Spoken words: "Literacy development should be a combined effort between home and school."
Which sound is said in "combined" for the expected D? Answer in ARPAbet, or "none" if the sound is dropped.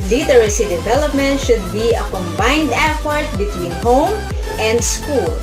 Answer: D